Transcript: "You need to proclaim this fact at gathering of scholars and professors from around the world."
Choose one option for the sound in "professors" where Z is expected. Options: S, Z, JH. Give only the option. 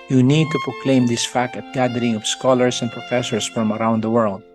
S